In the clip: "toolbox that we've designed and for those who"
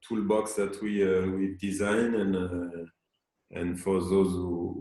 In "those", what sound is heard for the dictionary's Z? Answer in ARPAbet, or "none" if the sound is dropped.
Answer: Z